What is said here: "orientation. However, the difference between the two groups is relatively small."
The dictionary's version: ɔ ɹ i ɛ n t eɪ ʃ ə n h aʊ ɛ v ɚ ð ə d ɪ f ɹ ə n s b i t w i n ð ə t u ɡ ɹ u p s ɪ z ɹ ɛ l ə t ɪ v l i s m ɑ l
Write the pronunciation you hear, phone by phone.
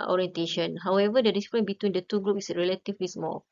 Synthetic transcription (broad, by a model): ɔ ɹ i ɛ n t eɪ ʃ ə n h aʊ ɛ v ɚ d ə d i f ɹ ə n b i t w i n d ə t u ɡ ɹ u p ɪ s ɹ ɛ l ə t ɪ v l i s m ɑ l